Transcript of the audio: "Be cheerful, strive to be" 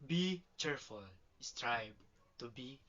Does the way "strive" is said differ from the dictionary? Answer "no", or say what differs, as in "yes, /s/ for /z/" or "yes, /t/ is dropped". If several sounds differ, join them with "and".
yes, /b/ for /v/